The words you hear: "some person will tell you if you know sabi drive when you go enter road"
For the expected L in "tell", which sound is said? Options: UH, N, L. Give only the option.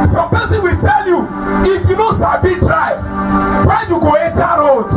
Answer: L